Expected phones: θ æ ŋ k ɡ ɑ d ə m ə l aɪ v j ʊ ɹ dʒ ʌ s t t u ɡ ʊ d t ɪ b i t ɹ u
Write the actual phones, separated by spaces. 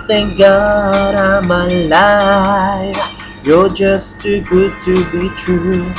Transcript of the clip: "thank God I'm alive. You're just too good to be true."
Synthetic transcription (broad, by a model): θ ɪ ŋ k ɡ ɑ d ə m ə l aɪ f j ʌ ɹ dʒ ʌ s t t u ɡ ʊ d t ɪ b i t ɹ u